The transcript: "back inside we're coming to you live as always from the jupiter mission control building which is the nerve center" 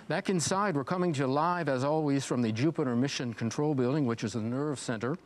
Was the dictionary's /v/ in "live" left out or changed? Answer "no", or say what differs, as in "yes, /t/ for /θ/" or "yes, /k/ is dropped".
no